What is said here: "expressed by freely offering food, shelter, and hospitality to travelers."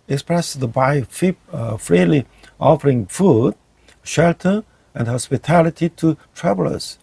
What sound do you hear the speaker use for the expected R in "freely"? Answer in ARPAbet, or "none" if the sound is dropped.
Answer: R